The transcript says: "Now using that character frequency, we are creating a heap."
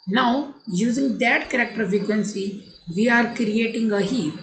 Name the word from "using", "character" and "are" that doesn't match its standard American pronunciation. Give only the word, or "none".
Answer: none